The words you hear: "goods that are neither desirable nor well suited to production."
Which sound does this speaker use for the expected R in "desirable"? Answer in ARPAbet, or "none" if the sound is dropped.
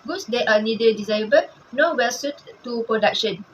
none